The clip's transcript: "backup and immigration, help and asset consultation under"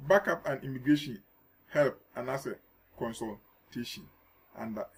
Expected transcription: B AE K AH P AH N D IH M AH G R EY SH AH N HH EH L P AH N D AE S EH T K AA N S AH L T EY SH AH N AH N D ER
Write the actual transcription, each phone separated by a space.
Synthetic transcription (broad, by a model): B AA K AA P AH N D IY M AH G R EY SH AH N HH EH L P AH N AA S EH K AA N S AH L T EY SH AH N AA N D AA